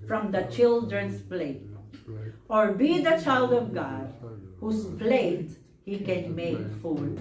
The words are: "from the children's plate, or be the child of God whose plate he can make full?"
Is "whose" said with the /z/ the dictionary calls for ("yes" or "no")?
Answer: no